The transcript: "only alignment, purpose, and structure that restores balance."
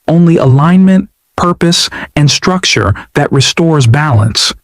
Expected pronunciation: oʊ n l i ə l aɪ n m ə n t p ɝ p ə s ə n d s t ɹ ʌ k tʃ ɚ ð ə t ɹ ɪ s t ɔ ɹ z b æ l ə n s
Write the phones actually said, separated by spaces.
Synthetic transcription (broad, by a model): oʊ n l i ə l aɪ n m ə n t p ɝ p ə s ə n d s t ɹ ʌ k tʃ ɚ ð ə t ɹ ɪ s t ɔ ɹ z b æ l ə n s